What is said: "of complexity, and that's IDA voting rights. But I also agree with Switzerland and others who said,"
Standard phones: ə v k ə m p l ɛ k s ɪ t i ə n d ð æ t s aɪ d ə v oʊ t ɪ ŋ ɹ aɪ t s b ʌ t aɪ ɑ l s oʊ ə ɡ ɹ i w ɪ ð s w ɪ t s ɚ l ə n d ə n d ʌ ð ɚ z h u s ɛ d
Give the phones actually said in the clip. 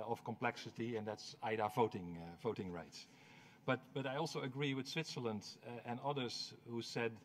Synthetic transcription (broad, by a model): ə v k ə m p l ɛ k s ɪ t i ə n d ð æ t s aɪ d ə v oʊ t ɪ ŋ ɹ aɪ t s b ʌ t aɪ ɑ l s oʊ ə ɡ ɹ i w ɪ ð s w ɪ t s ɚ l ə n d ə n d ʌ ð ɚ z h u s ɛ d